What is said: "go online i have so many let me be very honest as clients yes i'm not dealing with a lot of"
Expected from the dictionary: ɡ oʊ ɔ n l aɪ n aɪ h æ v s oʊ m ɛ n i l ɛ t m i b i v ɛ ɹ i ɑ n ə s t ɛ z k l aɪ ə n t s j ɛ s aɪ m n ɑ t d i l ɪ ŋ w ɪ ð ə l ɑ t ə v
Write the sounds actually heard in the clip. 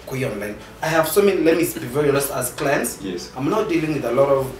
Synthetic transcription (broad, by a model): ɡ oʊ ɔ n l aɪ n aɪ h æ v s oʊ m ɛ n i l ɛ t m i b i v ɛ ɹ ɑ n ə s ɑ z k l aɪ ə n t s j ɛ s aɪ m n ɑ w d i l ɪ ŋ w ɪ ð ə l ɑ t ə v